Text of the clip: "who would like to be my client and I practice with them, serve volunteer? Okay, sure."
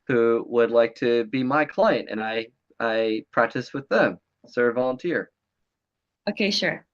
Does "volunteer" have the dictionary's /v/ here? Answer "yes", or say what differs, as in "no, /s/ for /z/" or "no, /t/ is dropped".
yes